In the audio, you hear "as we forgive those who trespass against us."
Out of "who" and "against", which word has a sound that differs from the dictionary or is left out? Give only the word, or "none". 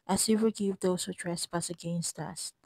none